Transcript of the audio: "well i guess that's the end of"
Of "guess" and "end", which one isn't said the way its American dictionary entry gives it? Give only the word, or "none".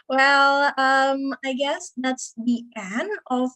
end